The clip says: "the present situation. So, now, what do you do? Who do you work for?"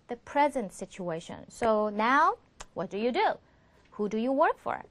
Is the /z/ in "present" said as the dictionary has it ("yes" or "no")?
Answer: yes